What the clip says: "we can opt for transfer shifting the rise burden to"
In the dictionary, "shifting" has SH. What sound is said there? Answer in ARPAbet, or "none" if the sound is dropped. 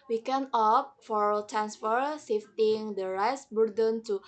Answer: S